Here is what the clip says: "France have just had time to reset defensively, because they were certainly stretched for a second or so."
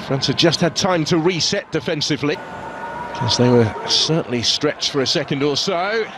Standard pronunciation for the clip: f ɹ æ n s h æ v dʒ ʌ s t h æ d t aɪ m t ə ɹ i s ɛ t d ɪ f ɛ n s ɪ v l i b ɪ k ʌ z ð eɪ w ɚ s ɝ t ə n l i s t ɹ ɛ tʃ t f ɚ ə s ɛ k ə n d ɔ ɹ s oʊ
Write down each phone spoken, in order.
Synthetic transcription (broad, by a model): f ɹ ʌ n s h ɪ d dʒ ʌ s t h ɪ d t aɪ m t ə ɹ i s ɛ t d ɪ f ɛ n s ɪ v l i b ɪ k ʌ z ð eɪ w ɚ s ɝ t n l i s t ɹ ɛ tʃ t f ɚ ə s ɛ k ə n d ɔ l s oʊ